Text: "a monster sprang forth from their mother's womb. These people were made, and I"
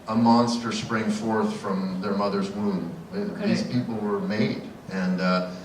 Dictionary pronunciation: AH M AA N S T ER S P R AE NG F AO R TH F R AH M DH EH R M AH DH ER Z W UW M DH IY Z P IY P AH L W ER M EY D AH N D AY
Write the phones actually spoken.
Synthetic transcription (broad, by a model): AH M AA N S T ER S P R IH NG F AO R TH F R AH M DH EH R M AH DH ER Z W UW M DH IY Z P IY P L W ER M EY D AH N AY